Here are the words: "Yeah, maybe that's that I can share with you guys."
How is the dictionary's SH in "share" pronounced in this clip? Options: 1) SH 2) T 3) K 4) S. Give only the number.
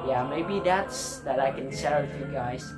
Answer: 4